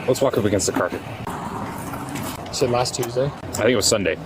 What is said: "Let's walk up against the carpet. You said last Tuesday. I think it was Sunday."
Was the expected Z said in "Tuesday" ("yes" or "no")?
yes